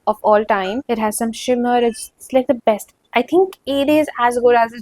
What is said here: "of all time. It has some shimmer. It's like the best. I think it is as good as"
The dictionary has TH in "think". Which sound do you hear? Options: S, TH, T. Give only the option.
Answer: T